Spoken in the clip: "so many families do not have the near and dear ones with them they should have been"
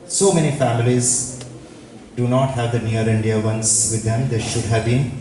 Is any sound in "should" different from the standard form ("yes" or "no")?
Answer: no